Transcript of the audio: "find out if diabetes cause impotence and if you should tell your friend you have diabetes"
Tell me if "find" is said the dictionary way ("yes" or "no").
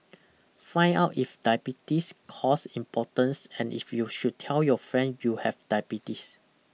no